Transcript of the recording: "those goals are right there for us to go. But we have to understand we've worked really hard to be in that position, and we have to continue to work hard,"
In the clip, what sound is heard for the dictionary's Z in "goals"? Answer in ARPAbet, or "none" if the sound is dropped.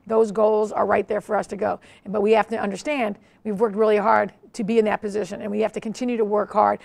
Z